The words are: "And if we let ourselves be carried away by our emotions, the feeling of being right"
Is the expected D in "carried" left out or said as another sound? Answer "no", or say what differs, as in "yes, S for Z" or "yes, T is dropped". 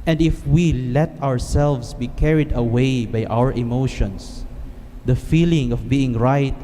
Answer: no